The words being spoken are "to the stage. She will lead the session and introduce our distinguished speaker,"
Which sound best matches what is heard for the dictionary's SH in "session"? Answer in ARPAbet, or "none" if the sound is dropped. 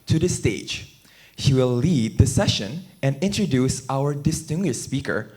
SH